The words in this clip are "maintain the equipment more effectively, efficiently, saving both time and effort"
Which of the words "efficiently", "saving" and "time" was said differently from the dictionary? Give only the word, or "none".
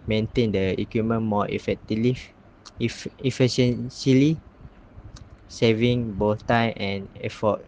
efficiently